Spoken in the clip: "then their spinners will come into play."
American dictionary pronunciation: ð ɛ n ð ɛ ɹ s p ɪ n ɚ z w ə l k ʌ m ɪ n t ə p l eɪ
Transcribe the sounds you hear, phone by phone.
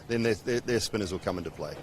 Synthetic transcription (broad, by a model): ð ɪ n ð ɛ ɹ s p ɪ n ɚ z w ə l k ʌ m ɪ n t ə p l eɪ